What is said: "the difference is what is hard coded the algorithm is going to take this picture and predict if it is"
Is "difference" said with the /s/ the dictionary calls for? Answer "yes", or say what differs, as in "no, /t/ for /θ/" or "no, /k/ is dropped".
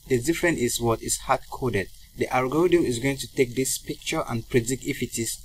no, /s/ is dropped